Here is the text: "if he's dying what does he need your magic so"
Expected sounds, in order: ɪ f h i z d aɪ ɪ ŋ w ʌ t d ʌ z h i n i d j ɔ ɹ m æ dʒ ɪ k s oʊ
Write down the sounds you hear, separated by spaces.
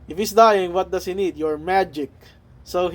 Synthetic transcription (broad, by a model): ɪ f h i s d aɪ ɪ ŋ w ʌ t d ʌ s h i n i d j ɔ ɹ m æ dʒ ɪ k s oʊ